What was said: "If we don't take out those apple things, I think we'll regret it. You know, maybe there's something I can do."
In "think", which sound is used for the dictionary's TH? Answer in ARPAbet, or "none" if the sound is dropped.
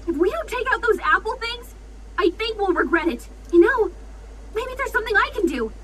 TH